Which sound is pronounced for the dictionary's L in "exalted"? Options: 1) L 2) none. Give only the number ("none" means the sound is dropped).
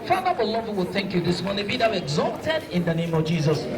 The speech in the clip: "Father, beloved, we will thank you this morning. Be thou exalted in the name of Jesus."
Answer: 2